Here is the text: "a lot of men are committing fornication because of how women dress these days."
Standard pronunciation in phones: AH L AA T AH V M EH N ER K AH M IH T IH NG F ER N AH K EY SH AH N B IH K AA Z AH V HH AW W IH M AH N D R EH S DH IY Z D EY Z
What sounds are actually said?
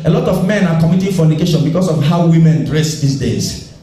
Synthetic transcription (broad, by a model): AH L AA T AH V M EH N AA K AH M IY T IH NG F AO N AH K EY SH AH N B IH K AA S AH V HH AW W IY M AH N D R EH S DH IY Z D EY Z